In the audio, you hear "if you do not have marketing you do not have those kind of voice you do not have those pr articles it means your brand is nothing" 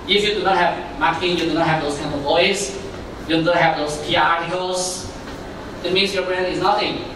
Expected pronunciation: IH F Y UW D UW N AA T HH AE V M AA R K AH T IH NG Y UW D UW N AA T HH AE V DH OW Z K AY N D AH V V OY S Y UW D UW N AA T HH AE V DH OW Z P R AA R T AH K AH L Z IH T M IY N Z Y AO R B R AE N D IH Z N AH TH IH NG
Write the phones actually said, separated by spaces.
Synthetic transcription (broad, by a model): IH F Y UW D UW N AA T HH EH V M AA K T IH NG Y UW D UW N AA T HH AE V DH OW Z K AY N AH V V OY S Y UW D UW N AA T HH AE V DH OW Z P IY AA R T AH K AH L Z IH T M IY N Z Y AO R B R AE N IH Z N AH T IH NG